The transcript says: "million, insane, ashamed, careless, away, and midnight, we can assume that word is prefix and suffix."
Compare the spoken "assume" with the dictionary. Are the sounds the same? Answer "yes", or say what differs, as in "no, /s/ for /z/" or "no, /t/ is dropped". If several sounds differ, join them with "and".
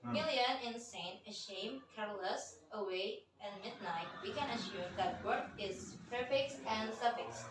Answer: no, /ʃ/ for /s/